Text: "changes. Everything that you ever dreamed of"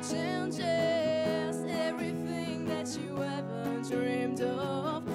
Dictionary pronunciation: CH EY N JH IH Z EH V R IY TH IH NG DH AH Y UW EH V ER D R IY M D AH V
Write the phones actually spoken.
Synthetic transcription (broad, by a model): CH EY N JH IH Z EH V R IY TH IH NG DH AH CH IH EH V ER D R IY M D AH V